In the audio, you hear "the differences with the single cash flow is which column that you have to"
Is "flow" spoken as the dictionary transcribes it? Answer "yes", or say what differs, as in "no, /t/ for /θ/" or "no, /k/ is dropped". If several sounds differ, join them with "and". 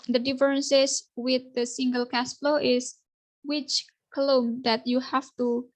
yes